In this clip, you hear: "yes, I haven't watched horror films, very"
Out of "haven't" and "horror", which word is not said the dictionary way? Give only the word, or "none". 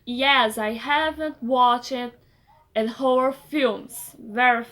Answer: horror